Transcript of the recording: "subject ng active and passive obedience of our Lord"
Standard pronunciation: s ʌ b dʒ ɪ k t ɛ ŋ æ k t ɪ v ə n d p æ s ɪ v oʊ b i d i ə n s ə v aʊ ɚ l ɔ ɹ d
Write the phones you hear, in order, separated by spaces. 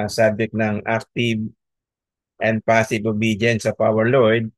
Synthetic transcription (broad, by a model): s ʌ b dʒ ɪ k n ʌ ŋ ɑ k t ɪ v ə n d p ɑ s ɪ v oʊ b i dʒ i n s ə p aʊ ɚ l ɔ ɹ d